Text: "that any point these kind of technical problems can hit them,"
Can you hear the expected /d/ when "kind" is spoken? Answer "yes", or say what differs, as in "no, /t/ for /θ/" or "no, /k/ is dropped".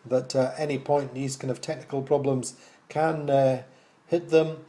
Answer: no, /d/ is dropped